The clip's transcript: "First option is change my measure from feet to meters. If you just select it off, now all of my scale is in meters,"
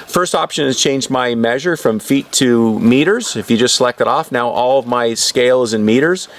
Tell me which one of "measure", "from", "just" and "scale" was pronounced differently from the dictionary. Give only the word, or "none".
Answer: none